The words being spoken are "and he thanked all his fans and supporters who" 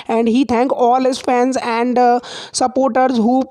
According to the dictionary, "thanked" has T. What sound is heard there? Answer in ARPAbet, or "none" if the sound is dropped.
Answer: none